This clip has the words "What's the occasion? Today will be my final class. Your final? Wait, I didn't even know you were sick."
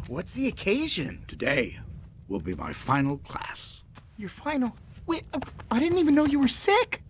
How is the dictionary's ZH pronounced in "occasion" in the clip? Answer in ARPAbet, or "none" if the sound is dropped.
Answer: ZH